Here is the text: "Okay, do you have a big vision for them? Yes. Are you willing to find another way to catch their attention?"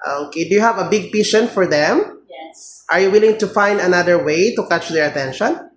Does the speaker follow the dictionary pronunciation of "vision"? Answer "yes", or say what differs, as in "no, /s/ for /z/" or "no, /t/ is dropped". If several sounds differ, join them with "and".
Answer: no, /p/ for /v/ and /ʃ/ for /ʒ/